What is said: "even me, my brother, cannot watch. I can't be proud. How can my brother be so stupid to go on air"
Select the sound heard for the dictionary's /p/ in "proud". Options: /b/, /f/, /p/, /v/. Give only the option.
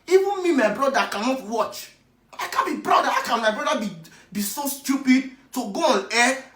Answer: /b/